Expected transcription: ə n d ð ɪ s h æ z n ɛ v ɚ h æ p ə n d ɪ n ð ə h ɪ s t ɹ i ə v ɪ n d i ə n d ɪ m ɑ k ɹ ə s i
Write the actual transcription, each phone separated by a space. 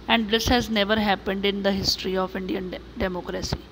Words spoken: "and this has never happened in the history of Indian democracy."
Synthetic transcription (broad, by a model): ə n d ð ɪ s h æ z n ɛ v ɚ h æ p ə n d ɪ n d ə h ɪ s t ɹ i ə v ɪ n d i ə n d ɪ m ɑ k ɹ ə s i